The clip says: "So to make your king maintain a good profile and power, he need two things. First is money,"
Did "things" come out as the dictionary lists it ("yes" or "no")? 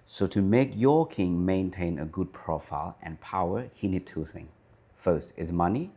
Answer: no